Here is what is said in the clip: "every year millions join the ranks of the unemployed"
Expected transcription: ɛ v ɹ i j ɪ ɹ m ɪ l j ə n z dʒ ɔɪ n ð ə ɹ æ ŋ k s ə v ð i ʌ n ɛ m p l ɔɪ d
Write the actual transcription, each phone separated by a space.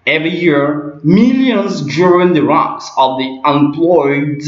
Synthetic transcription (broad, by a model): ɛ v ɹ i j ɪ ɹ m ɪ l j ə n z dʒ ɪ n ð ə ɹ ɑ k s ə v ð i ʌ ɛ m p l ɔɪ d